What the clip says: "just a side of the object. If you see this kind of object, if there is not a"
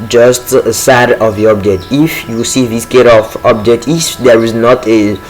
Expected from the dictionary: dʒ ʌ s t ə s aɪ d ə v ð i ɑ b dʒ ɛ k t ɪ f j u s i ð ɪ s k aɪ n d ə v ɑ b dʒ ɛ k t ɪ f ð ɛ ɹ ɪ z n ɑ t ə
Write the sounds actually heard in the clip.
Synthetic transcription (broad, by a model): dʒ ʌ s t ə s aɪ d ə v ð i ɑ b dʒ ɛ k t ɪ f j u s i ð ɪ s k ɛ d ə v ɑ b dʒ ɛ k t ɪ f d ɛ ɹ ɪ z n ɑ t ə